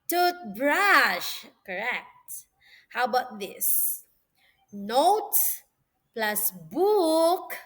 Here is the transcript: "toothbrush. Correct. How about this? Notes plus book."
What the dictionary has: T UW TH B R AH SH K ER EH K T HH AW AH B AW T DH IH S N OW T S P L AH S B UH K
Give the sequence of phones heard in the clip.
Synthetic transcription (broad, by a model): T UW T B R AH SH K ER EH K T HH AW B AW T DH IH S N OW T P L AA S B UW K